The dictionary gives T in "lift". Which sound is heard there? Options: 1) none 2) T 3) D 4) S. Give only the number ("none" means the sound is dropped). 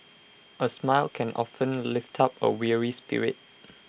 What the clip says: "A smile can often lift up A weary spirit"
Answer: 2